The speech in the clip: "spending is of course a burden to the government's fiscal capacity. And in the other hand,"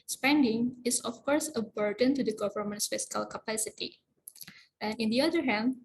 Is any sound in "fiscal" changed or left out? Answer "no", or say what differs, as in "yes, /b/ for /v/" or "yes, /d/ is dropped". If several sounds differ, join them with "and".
no